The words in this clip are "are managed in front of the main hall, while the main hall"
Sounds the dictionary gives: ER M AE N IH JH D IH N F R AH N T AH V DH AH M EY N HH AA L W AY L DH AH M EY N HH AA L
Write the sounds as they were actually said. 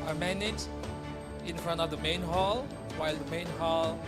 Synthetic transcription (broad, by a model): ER M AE N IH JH IH N F R AH N T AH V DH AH M EY N HH AA L W AY L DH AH M EY N HH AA L